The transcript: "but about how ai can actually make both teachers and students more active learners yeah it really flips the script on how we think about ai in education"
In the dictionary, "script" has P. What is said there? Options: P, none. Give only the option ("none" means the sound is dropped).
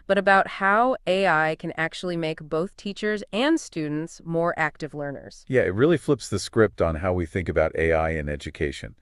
P